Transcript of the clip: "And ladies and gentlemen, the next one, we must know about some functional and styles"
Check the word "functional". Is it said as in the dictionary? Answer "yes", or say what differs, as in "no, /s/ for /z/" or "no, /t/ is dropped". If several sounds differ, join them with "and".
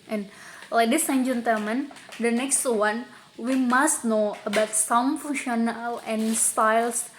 no, /k/ is dropped